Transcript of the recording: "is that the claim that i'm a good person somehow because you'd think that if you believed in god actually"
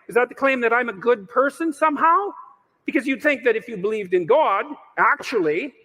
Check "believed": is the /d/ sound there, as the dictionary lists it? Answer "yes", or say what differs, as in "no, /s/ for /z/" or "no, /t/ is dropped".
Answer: yes